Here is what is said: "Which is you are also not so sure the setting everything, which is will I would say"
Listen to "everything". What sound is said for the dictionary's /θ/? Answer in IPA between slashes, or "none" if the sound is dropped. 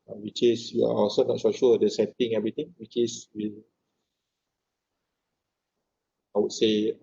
/t/